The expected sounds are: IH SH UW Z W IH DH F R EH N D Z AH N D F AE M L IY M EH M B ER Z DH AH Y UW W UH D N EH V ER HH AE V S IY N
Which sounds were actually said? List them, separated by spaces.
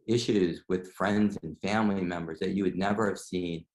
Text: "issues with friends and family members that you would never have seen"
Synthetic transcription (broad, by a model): IH SH UW Z W IH DH F R EH N D Z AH N F AE M L IY M EH M B ER Z DH AH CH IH W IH D N EH V ER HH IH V S IY N